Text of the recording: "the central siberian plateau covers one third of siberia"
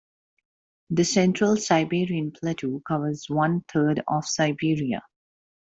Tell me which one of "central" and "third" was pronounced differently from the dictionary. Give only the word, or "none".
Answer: third